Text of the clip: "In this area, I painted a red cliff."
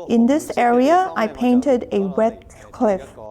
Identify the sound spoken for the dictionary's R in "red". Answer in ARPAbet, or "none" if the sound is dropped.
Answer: W